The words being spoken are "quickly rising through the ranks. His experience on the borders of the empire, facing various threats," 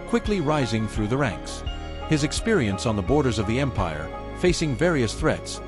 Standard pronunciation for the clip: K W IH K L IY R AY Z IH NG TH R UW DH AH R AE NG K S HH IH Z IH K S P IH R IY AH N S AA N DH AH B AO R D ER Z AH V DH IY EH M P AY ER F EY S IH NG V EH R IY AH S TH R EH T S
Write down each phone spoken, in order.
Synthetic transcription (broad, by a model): K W IH K L IY R AY Z IH NG TH R UW DH AH R AE NG K S HH IH Z IH K S P IH R IY AH N S N DH AH B AO R D ER Z AH V DH IY EH M P AY ER F EY S IH NG V EH R IY AH S TH R EH T S